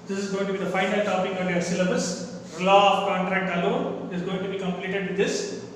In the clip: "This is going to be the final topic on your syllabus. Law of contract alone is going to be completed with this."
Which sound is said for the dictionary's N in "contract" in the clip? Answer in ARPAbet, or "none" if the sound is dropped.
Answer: N